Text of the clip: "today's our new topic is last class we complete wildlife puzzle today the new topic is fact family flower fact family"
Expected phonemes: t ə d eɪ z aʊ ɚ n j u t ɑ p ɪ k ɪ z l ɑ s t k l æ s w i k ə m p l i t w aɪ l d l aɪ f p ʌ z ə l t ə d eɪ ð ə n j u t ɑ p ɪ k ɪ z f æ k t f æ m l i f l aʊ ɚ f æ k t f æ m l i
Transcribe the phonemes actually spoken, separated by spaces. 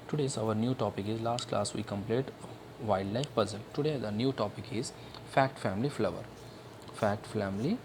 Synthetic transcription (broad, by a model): t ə d eɪ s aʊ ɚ n j u t ɑ p ɪ k ɪ z l ɑ s t k l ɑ s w i k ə m p l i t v aɪ d l aɪ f p ʌ z ə l t ə d eɪ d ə n j u t ɑ p ɪ k ɪ z f æ k t f æ m l i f l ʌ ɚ f æ k t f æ m l i